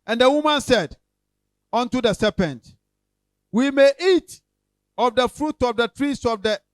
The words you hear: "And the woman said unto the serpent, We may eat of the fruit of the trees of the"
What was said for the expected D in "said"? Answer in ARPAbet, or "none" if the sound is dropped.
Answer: D